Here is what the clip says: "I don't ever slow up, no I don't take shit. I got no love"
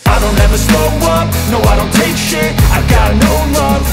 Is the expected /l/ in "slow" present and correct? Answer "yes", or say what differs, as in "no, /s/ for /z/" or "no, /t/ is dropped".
no, /l/ is dropped